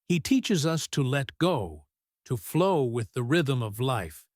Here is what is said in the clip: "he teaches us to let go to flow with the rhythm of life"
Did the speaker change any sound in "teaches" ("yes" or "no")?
no